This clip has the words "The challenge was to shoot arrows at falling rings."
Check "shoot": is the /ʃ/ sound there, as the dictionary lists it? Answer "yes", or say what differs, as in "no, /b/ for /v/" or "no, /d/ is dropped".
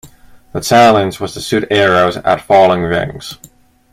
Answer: no, /s/ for /ʃ/